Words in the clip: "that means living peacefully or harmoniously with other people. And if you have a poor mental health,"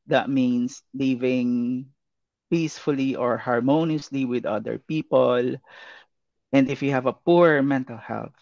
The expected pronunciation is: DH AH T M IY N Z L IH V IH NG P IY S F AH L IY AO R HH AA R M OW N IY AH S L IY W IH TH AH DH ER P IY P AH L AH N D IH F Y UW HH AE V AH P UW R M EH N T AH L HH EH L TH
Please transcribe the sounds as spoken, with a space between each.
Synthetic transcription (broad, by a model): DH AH T M IY N S L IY V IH NG P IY S F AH L IY AO R HH AA R M OW N IY AH S L IY W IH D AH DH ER P IY P AH L AH N D IH F Y UW HH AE V AH P UW R M EH N T AH L HH EH L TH